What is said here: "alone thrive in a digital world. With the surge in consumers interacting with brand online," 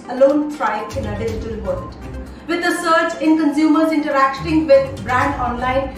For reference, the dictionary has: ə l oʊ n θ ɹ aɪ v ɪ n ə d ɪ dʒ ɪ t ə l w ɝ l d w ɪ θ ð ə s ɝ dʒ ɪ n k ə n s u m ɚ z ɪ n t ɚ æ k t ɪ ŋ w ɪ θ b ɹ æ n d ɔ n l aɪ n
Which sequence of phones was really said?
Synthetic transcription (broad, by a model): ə l oʊ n t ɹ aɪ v ɪ n ə d ɪ dʒ ɪ t ə l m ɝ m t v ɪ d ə s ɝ tʃ ɪ n k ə n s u m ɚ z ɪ n t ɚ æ k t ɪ ŋ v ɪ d b ɹ æ n d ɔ n l aɪ n